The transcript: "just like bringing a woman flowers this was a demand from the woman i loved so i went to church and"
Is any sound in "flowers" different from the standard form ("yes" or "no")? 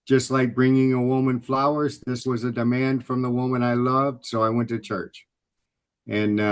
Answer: no